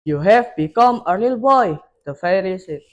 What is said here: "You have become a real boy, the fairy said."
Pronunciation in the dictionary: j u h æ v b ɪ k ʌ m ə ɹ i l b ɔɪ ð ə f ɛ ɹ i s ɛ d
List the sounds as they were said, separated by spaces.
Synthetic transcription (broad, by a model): j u h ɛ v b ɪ k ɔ m ə l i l b ɔɪ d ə f ɛ ɹ i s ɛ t